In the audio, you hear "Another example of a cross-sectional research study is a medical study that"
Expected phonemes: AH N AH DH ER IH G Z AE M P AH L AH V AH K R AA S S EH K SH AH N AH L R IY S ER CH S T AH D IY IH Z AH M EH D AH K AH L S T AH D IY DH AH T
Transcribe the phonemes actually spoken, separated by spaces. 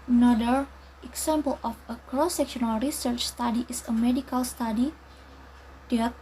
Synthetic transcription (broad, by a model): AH N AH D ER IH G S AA M P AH L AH F AH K R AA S S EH K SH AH N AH L R IY S ER CH S T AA D IY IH S AH M EH D AH K AH L S T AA D IY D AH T